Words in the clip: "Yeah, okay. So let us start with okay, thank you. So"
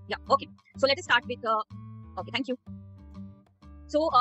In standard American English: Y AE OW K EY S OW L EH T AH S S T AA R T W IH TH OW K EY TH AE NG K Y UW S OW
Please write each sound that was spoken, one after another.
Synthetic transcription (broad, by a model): Y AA OW K EY S OW L EH T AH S S T AA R T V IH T OW K EY T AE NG K Y UW S OW